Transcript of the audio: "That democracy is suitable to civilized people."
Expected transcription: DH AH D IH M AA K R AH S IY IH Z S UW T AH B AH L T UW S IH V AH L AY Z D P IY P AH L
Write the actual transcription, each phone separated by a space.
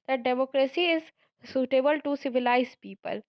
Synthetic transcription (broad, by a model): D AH D IH M AA K R AH S IY IH Z S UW T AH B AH L T UW S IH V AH L AY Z P IY P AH L